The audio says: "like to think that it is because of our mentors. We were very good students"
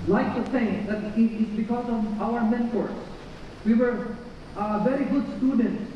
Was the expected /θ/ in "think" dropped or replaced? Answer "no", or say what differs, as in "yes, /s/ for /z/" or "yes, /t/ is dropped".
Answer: yes, /s/ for /θ/